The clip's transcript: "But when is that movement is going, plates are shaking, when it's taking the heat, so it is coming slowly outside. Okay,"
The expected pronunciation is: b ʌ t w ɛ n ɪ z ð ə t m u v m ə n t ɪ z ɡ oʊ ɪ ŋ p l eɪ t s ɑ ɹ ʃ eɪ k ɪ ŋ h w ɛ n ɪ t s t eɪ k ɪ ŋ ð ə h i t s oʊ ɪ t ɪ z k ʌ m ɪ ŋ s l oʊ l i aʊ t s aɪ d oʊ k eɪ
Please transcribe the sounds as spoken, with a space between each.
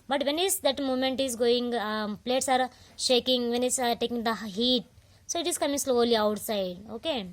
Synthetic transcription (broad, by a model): b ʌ t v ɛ n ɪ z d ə t m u m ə n t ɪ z ɡ oʊ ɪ ŋ p l eɪ t s ɑ ɹ ʃ eɪ k ɪ ŋ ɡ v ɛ n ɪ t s t eɪ k ɪ ŋ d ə h i t s oʊ ɪ t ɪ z k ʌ m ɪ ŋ s l oʊ l i aʊ t s aɪ d oʊ k eɪ